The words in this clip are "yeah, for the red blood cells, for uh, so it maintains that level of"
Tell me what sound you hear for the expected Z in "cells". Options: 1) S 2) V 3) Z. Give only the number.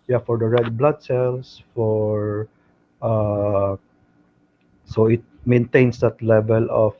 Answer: 1